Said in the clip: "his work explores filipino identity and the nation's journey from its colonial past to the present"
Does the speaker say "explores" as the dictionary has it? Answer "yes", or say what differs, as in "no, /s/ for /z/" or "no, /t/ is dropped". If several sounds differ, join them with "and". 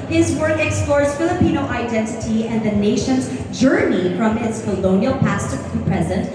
yes